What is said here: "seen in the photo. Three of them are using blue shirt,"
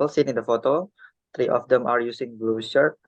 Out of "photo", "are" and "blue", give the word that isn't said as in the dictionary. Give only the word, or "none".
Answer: none